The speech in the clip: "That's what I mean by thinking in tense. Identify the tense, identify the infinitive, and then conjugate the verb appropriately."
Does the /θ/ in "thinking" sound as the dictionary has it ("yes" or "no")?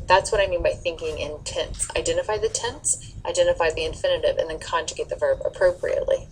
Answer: yes